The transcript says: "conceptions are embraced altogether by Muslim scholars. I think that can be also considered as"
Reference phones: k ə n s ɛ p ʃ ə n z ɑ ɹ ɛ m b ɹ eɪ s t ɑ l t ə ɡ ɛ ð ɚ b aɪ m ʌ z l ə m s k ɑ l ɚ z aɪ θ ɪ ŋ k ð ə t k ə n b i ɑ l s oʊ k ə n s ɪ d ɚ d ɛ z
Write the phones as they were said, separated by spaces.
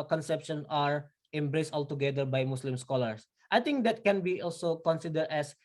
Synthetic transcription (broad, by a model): k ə n s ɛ p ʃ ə n ɑ ɹ ɛ m b ɹ eɪ s t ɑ l t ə ɡ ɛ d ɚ b aɪ m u s l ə m s k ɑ l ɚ s aɪ t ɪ ŋ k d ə t k ə n b i ɑ l s oʊ k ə n s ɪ d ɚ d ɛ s